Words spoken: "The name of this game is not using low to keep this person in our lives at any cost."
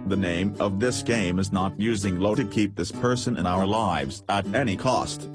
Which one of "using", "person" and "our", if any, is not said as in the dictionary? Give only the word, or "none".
none